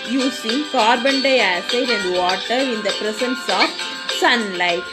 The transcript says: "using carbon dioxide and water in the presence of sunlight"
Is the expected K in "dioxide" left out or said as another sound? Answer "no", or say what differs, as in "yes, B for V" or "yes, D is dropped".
yes, K is dropped